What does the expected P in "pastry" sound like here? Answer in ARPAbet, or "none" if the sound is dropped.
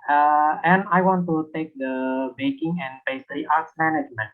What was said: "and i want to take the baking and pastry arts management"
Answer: B